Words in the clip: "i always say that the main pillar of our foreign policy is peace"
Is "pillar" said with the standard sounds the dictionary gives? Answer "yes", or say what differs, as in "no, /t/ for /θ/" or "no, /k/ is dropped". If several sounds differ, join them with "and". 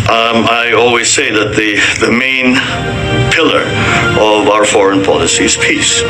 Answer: yes